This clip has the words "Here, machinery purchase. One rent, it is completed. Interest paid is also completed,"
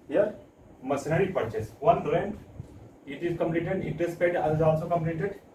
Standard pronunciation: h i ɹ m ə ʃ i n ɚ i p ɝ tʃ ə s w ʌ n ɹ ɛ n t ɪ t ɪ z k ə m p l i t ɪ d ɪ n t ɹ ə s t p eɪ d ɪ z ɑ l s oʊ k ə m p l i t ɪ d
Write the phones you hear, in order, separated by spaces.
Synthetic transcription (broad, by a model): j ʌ ɹ m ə s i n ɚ i p ɝ tʃ ə s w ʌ n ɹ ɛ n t ɪ t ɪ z k ə m p l i t ɪ d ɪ t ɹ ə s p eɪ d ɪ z ɑ l s oʊ k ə m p l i t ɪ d